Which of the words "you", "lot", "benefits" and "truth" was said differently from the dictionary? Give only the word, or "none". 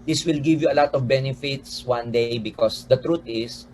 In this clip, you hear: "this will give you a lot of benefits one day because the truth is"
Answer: truth